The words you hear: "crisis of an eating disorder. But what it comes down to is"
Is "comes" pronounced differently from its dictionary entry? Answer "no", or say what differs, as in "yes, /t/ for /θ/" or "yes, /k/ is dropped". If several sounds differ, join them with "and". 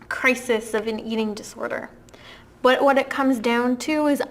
no